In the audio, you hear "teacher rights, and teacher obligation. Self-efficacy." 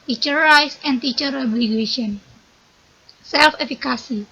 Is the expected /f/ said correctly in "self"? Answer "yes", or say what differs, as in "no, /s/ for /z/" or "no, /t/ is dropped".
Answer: yes